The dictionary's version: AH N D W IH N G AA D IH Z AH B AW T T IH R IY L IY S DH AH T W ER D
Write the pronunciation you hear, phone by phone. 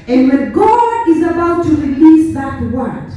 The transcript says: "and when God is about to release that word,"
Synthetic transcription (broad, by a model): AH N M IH G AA IH Z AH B AW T T IH R IY L IY S DH AH T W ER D